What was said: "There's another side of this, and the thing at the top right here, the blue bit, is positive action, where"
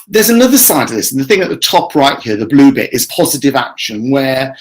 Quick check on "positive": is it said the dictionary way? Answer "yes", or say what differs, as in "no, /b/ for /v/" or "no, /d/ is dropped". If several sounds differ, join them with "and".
yes